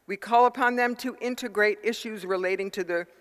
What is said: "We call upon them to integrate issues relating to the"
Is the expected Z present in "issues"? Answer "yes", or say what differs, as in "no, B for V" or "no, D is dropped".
yes